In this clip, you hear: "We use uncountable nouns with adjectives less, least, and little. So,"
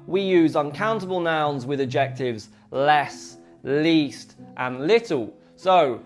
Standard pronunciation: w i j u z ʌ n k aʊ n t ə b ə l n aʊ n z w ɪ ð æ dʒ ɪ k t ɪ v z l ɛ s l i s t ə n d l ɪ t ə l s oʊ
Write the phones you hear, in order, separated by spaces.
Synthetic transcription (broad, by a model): w i j u z ʌ n k aʊ n t ə b ə l n aʊ n z w ɪ ð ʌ dʒ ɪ k t ɪ v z l ɛ s l i s t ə n l ɪ t ə l s oʊ